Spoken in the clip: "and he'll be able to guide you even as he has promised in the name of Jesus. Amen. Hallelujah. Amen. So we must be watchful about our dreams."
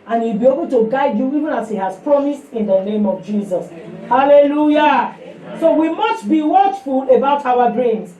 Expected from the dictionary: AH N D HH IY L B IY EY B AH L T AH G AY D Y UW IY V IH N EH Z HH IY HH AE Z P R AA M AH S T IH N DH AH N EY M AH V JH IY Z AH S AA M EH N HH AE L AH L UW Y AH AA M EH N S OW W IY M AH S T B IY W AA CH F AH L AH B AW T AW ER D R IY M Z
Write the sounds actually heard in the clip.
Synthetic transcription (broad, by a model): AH N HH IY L B IY EY B AH L T AH G AY D Y UW IY V IH N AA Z HH IY HH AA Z P R AA M AH S T IH N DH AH N EY M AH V JH IY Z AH S HH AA L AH L UW Y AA S OW W IY M AH S T B IY W AA CH F AH L AH B AW T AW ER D R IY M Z